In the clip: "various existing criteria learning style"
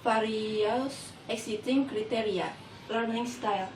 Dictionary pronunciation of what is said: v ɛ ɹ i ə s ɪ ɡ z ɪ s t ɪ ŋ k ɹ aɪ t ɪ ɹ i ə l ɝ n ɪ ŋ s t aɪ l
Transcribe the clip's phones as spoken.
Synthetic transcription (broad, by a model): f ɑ ɹ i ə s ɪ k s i t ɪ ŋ k ɹ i t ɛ ɹ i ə l ɝ n ɪ ŋ s t aɪ l